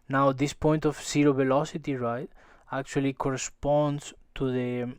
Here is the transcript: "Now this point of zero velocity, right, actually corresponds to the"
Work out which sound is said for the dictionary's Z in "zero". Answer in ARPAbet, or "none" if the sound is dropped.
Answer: S